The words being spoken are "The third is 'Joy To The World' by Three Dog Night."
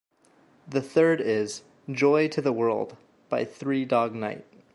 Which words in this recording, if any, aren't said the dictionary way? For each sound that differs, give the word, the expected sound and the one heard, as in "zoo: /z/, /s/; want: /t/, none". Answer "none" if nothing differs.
none